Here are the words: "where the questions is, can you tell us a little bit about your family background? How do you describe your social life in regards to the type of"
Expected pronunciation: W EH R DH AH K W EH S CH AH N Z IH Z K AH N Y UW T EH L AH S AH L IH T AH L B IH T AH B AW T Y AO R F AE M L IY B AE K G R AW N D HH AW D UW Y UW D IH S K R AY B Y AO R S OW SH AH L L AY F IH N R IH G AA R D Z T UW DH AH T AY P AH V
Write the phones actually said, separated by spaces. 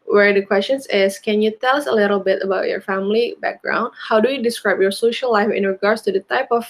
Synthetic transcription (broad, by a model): W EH R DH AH K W EH S CH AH N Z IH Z K AH N Y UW T EH L AH S AH L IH T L B IH T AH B AW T Y AO R F AE M L IY B AE K G R AW N D HH AW D UW Y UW D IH S K R AY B Y AO R S OW SH AH L L AY F IH N R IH G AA R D S T UW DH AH T AY P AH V